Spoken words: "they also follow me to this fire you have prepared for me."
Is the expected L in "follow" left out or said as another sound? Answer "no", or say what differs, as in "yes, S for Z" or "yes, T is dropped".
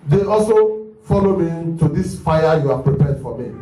no